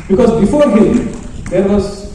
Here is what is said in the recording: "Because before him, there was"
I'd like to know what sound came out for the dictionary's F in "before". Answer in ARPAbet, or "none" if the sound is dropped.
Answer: F